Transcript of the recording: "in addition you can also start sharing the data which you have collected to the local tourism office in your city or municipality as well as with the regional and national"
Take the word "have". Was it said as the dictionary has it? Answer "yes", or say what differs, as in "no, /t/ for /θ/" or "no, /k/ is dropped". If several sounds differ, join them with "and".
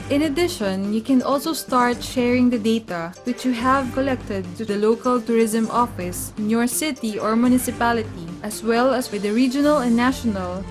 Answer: yes